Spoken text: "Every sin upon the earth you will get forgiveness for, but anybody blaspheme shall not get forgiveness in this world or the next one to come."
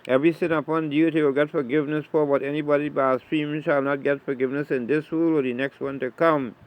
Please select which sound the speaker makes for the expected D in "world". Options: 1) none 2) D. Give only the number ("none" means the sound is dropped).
1